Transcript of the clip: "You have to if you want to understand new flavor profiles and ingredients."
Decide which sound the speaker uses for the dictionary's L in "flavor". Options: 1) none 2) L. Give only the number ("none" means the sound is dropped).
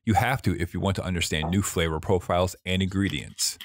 2